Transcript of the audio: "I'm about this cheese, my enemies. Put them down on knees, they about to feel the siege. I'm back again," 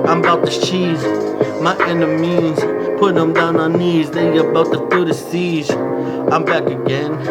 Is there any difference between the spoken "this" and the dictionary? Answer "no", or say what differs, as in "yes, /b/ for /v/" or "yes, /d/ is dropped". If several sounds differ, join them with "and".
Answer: yes, /s/ is dropped